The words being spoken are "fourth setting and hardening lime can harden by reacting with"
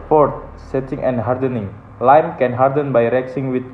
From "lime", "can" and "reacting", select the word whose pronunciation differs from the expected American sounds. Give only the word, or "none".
reacting